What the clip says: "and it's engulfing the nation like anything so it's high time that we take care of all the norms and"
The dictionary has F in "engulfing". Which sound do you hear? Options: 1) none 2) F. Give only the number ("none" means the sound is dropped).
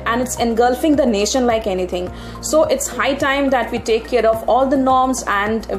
2